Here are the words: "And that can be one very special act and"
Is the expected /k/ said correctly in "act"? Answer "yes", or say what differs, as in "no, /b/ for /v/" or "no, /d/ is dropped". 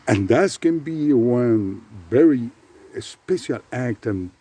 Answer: yes